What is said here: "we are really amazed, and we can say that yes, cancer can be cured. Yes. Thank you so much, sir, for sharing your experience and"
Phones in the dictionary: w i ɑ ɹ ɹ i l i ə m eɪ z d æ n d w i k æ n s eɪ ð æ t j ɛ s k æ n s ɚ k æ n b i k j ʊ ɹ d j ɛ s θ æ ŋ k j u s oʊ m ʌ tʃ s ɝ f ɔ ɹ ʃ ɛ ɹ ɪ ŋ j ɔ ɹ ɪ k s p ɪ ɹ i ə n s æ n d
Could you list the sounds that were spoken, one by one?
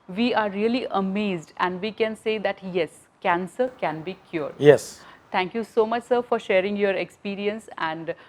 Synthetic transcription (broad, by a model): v i ɑ ɹ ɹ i l i ə m eɪ z d æ n d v i k æ n s eɪ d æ t j ɛ s k æ n s ɚ k æ n b i k j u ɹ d j ɛ s t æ ŋ k j u s oʊ m ʌ tʃ s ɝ f ɔ ɹ ʃ ɛ ɹ ɪ ŋ j ɔ ɹ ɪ k s p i ɹ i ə n s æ n d